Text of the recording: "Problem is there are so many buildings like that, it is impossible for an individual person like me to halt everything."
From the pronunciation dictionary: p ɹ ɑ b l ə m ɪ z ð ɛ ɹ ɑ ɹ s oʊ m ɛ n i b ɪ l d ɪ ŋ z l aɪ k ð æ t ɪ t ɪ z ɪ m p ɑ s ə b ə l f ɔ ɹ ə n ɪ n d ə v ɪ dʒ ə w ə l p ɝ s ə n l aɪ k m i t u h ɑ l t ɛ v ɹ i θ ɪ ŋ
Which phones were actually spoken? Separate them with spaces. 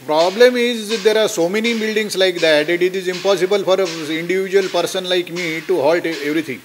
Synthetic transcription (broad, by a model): p ɹ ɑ b l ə m ɪ z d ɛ ɹ ɑ ɹ s oʊ m ɛ n i b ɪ l d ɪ ŋ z l aɪ k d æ t ɪ t ɪ z ɪ m p ɑ s ə b ə l f ɔ ɹ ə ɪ n d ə v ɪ dʒ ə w ə l p ɝ s ə n l aɪ k m i t u h ɑ l t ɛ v ɹ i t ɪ ŋ